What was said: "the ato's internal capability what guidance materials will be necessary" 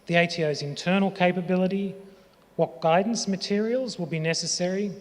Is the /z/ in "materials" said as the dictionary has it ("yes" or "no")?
yes